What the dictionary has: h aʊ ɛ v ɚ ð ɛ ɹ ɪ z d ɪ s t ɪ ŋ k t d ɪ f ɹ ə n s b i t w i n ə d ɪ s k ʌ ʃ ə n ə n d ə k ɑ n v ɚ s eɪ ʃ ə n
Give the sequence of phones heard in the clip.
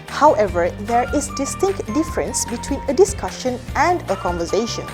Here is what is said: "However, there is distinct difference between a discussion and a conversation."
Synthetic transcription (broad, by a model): h aʊ ɛ v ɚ ð ɛ ɹ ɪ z d ɪ s t ɪ ŋ k t d ɪ f ɹ ə n s b i t w i n ə d ɪ s k ʌ ʃ ə n ə n d ə k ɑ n v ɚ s eɪ ʃ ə n